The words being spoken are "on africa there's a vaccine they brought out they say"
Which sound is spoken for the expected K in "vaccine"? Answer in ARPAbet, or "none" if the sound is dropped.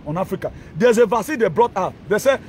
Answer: none